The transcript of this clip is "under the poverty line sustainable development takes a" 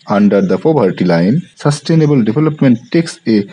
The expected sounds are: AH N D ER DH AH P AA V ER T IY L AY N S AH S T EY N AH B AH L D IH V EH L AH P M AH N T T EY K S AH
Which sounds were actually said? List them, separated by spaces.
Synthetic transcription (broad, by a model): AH N D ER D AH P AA B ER T IY L AY N S AH S T EY N AH B AH L D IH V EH L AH P M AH N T T EY K S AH